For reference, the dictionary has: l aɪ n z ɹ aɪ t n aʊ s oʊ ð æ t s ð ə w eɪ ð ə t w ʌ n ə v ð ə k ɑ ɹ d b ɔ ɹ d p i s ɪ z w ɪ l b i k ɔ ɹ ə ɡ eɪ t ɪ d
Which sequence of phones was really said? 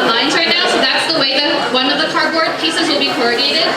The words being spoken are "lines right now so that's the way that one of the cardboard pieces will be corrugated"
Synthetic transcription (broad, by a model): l aɪ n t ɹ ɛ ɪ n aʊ s oʊ ð æ t s ð ə w eɪ ð ə t w ʌ n ə v ð ə k ɑ ɹ d b ɔ ɹ d p i s ɪ z w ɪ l b i k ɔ ɹ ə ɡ eɪ t ɪ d